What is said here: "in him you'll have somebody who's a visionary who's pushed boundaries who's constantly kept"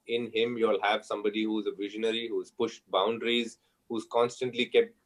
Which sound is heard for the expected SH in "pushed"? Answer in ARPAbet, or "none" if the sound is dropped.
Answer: SH